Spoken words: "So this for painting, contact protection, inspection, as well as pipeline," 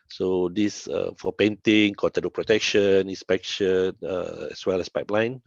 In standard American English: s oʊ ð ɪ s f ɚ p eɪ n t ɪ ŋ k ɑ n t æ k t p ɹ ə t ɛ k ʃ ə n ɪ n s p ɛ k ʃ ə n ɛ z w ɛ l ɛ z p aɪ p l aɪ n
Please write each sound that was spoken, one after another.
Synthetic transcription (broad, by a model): s oʊ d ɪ s f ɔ p eɪ n t ɪ ŋ k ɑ t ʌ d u p ɹ ə t ɛ k ʃ ə n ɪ n s p ɛ k ʃ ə n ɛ s w ɛ l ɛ s p aɪ p l aɪ n